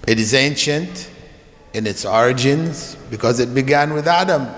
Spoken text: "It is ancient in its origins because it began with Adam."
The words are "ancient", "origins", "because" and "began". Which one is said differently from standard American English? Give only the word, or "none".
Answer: none